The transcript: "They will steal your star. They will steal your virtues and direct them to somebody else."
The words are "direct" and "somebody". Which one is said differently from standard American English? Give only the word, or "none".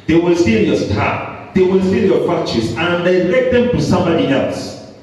direct